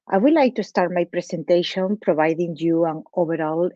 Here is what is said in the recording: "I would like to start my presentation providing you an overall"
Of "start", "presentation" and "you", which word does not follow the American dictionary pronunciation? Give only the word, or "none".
presentation